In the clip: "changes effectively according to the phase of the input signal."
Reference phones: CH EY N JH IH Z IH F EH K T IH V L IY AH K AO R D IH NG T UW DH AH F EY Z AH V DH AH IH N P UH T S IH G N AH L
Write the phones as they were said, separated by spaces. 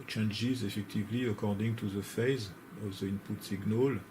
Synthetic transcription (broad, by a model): CH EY N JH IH Z IH F EH K T IH V L IY AH K AO R D IH NG T UW DH AH F EY Z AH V DH AH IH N P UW T S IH G N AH L